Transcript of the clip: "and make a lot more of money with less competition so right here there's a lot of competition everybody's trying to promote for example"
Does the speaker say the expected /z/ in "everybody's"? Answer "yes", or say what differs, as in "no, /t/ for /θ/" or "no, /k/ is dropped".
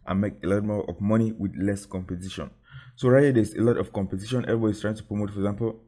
no, /s/ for /z/